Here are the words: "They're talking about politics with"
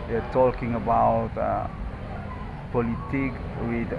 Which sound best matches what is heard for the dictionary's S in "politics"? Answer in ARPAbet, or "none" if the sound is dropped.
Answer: none